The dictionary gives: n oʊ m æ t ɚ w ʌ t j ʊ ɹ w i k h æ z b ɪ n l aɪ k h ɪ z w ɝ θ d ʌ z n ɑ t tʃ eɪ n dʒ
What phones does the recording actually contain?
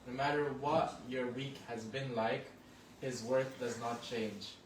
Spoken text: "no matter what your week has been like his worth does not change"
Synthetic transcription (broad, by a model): n oʊ m æ t ɚ w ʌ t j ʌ ɹ w i k h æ z b ɪ n l aɪ k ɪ z w ɝ θ d ʌ z n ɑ t tʃ eɪ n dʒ